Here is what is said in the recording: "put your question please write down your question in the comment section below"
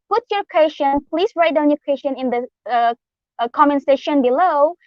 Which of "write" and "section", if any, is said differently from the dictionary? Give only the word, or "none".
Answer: section